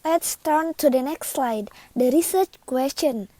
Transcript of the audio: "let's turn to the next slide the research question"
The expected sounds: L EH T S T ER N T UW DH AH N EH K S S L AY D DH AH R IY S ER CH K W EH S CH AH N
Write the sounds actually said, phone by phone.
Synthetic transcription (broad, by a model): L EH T S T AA N T UW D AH N EH K S S L AY D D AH R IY S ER CH K W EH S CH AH N